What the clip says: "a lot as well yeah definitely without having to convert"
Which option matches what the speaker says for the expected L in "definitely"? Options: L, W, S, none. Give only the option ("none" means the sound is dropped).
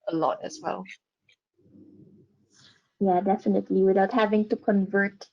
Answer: L